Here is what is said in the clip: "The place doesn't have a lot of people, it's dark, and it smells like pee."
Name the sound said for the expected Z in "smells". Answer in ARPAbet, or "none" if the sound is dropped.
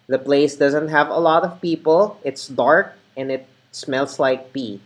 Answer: S